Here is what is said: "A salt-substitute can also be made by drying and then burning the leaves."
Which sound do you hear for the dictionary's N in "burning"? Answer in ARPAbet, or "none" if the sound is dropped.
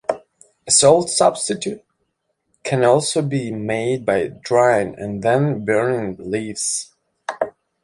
none